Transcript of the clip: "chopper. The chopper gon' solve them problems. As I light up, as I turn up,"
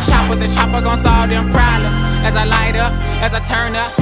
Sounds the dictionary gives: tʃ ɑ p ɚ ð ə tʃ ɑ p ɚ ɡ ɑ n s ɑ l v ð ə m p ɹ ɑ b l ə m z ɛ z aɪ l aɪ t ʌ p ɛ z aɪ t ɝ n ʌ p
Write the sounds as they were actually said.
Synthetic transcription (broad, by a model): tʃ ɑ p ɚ ð ə tʃ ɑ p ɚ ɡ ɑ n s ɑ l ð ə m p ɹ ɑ l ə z z aɪ l aɪ t ʌ p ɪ z aɪ t ɝ n ʌ p